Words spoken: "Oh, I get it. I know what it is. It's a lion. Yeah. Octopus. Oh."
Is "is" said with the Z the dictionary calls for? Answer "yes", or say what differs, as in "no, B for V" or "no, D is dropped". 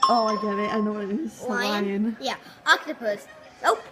no, S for Z